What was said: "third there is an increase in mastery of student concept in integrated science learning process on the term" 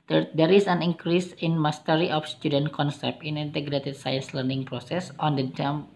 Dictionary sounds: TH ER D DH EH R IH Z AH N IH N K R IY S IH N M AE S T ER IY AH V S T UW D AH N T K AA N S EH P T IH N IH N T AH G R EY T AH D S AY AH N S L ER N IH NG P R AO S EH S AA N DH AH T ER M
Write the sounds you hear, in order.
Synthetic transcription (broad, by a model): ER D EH R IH S AH N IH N K R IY S IH N M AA S T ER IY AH F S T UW D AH N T K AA N S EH P IH N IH N T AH G R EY T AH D S AY AH N S L ER N IH NG P R AO S EH S AA N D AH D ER M